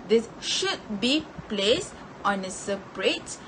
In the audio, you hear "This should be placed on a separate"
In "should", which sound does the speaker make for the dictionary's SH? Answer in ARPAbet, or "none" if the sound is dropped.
SH